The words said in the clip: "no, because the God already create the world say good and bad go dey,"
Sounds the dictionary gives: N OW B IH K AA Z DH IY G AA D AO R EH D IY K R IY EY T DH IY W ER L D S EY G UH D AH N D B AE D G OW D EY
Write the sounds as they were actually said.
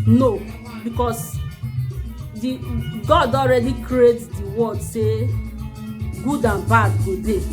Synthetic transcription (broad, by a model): N OW B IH K AA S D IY G AA D AO R EH D IY K R IY EY T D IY W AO D S EY G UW D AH N B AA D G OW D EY